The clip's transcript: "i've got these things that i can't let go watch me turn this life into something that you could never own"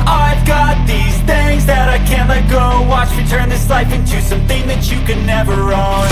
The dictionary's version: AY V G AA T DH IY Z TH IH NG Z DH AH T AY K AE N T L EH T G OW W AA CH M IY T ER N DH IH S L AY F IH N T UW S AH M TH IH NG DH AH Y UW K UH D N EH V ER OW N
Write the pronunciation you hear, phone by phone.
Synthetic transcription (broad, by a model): AY V G AA T DH IY Z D IH Z DH AH T AY K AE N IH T G OW W AA CH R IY T ER N DH IH S L AY F IH N T UW S AH M TH IH NG DH AH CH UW K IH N EH V ER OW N